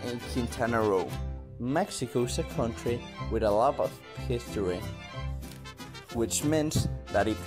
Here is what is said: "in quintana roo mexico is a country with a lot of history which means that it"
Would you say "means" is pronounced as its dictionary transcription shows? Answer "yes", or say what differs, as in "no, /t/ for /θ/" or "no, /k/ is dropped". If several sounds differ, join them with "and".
no, /s/ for /z/